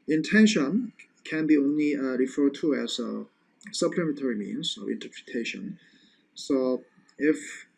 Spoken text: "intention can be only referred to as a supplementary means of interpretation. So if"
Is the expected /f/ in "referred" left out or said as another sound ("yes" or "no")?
no